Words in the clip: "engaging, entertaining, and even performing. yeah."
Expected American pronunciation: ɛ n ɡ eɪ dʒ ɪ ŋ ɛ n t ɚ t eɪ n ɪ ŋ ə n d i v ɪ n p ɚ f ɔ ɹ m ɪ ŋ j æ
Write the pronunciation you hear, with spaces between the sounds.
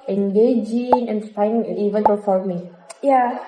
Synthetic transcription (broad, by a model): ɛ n ɡ eɪ dʒ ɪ ŋ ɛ n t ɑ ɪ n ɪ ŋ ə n i v ɪ n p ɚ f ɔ l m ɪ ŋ j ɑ